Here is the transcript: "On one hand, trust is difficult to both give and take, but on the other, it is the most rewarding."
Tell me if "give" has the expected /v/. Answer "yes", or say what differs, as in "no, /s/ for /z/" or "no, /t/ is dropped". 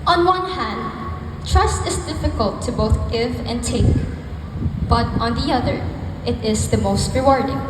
yes